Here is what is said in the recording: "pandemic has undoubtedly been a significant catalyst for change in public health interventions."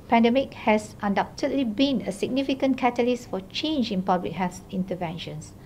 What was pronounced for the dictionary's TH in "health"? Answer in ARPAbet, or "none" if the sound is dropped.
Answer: S